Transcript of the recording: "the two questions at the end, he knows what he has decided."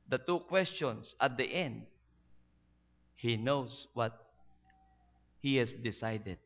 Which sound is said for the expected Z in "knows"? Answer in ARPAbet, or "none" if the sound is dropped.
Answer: S